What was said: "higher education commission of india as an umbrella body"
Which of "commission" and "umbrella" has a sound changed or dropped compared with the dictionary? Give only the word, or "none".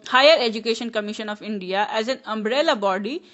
none